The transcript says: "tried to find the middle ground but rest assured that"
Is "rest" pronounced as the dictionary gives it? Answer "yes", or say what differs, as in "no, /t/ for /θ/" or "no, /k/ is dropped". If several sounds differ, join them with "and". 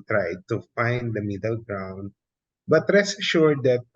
no, /t/ is dropped